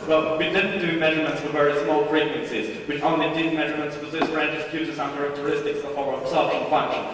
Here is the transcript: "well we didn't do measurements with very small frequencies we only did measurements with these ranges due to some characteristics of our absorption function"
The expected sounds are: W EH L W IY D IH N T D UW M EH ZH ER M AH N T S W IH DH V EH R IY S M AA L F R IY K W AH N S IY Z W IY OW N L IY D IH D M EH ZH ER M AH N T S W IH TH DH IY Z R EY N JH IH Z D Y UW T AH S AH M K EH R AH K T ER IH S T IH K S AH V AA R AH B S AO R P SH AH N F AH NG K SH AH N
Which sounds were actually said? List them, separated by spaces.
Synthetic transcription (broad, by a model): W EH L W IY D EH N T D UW M EH ZH ER M AH N T S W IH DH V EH R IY S M AA L P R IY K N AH N S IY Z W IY OW N L IY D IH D M EH ZH ER M AH N T S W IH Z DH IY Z R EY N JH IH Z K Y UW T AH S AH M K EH R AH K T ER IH S T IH K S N F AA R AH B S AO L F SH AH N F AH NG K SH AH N